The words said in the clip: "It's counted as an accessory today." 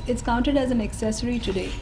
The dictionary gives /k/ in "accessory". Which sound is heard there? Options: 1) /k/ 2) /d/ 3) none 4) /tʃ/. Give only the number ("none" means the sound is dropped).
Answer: 1